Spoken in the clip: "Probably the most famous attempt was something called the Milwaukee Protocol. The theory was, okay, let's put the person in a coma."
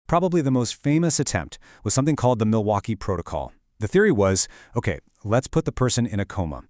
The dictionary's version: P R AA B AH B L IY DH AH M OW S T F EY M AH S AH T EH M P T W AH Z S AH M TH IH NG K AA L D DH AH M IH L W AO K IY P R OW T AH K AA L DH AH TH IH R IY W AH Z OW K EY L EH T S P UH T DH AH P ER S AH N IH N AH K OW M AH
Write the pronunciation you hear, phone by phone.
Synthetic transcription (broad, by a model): P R AA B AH B L IY DH AH M OW S T F EY M AH S AH T EH M P T W AH Z S AH M TH IH NG K AA L D DH AH M IH L W AO K IY P R OW T AH K AA L DH AH TH IH R IY W AH Z OW K EY L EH T S P UH T DH AH P ER S AH N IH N AH K OW M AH